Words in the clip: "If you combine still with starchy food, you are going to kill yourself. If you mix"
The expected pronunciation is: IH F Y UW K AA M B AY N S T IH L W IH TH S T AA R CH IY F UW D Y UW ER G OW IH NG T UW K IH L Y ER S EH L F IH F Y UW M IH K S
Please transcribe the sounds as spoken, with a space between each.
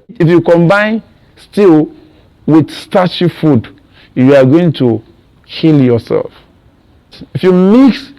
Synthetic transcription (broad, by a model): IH F Y UW K AA M B AY N S T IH L W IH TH S T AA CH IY F UW D Y UW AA G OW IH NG T UW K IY L Y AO S EH L F IH F Y UW M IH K S